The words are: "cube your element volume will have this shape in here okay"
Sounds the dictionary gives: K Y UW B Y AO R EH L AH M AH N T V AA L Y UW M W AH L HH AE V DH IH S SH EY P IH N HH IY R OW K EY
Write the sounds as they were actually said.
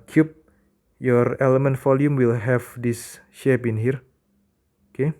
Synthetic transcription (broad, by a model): K Y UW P Y AO R EH L AH M AH N T F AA L Y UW M W AH L HH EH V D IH S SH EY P IH N HH IY R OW K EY